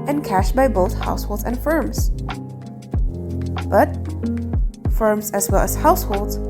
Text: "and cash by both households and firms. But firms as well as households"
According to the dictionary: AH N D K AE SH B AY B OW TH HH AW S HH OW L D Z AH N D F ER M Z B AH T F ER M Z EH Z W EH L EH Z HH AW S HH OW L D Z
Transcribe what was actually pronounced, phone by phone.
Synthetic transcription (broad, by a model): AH N K AE SH B AY B OW TH HH AW S HH OW L D Z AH N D F ER M Z B AH T F ER M Z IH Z W EH L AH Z HH AW S HH OW L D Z